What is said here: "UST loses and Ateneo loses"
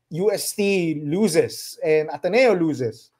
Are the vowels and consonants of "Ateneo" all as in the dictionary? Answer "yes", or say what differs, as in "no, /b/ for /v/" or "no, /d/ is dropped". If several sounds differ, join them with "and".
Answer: yes